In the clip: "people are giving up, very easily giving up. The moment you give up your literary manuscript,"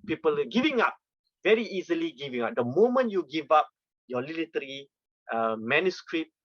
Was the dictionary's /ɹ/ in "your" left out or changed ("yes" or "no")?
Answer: yes